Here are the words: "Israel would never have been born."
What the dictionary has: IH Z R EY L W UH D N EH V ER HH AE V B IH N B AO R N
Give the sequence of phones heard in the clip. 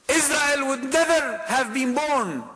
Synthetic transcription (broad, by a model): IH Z R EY L W UH D N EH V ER HH AE V B IH N B AO R N